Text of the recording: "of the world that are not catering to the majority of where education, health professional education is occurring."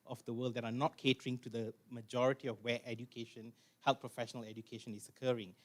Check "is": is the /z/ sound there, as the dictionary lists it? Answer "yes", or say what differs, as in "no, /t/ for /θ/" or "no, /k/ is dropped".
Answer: no, /s/ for /z/